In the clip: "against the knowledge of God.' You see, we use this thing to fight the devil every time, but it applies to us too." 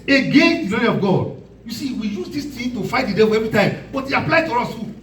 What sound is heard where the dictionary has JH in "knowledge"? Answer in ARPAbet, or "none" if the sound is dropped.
none